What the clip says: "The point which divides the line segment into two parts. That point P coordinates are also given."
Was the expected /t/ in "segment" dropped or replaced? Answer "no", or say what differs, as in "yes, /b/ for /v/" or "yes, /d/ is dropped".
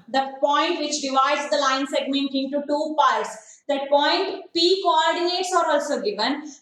no